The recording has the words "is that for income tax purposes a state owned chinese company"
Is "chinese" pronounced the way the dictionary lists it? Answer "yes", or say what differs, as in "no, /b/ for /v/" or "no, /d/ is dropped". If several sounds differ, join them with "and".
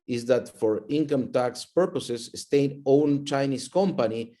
no, /s/ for /z/